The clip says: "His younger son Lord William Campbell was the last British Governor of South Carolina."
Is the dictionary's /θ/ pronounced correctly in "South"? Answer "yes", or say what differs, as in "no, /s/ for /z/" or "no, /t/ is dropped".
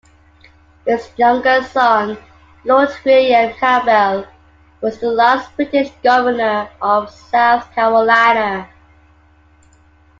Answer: yes